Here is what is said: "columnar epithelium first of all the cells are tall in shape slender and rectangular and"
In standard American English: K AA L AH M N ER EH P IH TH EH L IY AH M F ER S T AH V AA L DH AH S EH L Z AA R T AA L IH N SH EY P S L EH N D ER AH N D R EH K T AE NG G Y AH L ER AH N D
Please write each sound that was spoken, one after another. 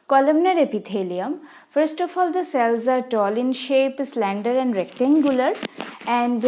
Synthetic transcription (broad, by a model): K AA L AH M N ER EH P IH T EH L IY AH M F ER S T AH F AA L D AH S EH L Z AA R T AA L IH N SH EY P S L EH N D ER AH N D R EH K T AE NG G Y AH L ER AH N D